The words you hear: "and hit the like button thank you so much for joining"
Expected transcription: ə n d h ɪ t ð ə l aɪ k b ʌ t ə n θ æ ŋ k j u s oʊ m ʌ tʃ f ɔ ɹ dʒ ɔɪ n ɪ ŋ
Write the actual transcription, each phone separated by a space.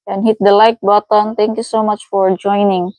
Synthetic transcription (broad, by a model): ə n h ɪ t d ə l aɪ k b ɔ t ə n t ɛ ŋ k j u s oʊ m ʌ tʃ f ɔ ɹ dʒ ɔɪ n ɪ ŋ